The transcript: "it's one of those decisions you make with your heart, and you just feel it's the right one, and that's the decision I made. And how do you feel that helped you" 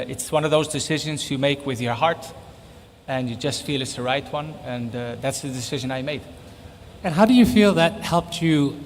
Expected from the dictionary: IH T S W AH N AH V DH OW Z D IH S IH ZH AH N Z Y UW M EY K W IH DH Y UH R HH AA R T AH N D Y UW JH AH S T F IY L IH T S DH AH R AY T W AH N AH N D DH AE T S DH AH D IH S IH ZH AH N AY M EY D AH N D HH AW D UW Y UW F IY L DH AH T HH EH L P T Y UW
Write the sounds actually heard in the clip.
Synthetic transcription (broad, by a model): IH T S W AH N AH V DH OW Z D IH S IH ZH AH N Z Y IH M EY K W IH DH Y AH R HH AA R T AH N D Y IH JH AH S T F IY L IH T S DH AH R AY T W AH N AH N DH AE T S DH AH D IH S IH ZH AH N AY M EY D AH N HH AW D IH Y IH F IY L DH AH T HH EH L P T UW